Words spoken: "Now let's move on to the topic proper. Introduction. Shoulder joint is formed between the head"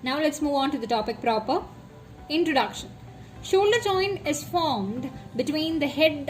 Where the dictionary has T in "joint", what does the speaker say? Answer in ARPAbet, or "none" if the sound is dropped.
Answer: none